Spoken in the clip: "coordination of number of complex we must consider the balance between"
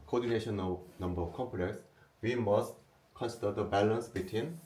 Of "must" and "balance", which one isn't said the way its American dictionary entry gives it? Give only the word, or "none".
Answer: none